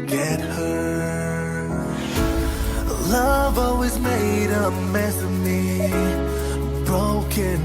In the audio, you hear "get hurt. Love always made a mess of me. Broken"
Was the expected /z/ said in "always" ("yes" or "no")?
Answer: yes